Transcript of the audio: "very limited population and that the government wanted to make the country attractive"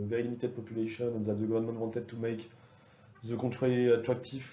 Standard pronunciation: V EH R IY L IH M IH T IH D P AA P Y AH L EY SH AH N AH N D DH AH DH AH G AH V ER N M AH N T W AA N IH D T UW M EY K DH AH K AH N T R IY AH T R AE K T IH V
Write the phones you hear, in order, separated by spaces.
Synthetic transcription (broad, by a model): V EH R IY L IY M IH T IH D P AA P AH L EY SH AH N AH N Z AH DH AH G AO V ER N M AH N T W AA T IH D T UW M EY K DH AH K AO T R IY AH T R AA K T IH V